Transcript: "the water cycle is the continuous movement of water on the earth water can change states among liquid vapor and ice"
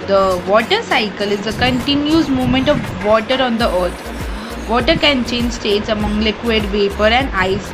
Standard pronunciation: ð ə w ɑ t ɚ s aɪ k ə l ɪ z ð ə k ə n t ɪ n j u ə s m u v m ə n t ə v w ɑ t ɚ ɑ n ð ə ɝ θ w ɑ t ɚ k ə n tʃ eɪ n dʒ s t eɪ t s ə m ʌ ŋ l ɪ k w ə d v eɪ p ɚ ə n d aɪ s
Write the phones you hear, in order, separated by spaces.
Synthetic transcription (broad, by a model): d ə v ɑ t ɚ s aɪ k ə l ɪ z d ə k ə n t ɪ n j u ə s m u m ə n t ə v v ɑ t ɚ ɑ n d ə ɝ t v ɑ t ɚ k ə n tʃ eɪ n dʒ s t eɪ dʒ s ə m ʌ ŋ l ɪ k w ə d v eɪ p ɚ ə n d aɪ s